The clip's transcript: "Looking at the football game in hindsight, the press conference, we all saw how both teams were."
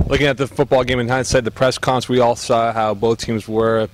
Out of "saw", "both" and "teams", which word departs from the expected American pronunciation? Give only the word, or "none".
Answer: none